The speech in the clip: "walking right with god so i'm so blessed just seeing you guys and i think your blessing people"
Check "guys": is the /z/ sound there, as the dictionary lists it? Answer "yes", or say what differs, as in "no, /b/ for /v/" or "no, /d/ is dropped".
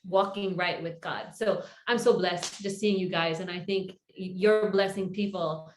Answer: yes